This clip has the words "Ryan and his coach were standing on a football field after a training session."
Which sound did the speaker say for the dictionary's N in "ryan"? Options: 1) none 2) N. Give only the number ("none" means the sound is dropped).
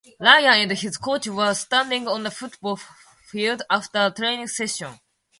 1